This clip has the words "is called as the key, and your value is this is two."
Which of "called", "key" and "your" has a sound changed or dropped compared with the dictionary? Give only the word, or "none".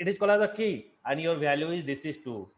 called